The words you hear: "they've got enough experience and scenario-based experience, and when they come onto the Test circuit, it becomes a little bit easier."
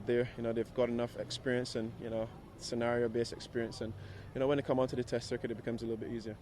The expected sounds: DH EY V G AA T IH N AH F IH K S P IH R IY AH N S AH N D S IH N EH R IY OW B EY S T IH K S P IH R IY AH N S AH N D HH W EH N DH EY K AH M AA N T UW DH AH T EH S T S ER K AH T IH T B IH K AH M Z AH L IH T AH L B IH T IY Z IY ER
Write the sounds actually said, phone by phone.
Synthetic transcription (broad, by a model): DH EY V G AA T IH N AH F IH K S P IH R IY AH N S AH N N S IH N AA R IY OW B EY S IH K S P IH R IY AH N S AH N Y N W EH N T K AH M AA N T UW DH AH T EH S T S ER K AH T IH T B IH K AH M Z AH L IH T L B IH T IY Z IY ER